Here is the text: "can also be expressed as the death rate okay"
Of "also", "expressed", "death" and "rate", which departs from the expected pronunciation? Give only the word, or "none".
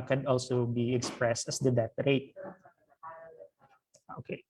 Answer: death